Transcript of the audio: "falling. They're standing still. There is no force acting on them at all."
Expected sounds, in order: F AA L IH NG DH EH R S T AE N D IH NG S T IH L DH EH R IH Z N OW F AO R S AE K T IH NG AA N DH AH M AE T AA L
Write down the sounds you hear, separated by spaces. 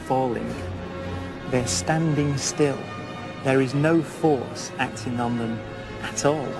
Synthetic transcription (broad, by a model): F AA L IH NG DH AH R S T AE N D IH NG S T IH L DH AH R IH Z N OW F AO R S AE K T IH NG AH N DH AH M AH T AA L